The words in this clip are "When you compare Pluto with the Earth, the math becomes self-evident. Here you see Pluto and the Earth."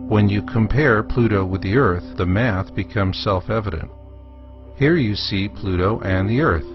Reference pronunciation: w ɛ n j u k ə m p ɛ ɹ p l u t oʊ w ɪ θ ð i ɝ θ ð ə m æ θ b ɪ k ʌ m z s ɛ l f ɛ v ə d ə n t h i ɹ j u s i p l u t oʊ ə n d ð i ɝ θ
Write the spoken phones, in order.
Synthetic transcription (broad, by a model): w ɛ n j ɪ k ə m p ɛ ɹ p l u t oʊ w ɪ ð i ɝ θ ð ə m æ θ b ɪ k ʌ m z s ɛ l f ɛ v ə d ə n t h i ɹ j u s i p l u t oʊ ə n ð i ɝ θ